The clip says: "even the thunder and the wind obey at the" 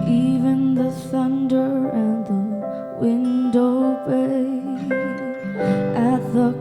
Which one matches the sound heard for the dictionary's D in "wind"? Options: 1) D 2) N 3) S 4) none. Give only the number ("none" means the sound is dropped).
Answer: 1